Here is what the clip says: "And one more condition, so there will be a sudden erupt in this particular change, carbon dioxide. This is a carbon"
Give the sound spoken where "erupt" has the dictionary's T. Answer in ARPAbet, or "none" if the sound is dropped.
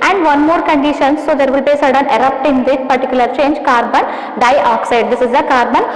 T